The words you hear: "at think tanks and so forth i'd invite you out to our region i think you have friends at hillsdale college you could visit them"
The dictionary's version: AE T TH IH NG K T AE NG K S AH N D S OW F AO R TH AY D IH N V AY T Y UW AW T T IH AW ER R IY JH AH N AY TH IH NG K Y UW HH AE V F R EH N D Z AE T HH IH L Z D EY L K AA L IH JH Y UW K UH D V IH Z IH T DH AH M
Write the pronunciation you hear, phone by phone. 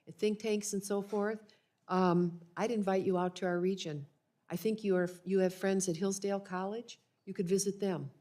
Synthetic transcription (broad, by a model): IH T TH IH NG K T AE NG K S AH N S OW F AO R TH AY D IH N V AY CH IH AW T T IH AW ER R IY JH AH N AY TH IH NG K Y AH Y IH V F R EH N D Z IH T HH IH L Z D EY L K AA L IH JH Y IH K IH D V IH Z IH T DH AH M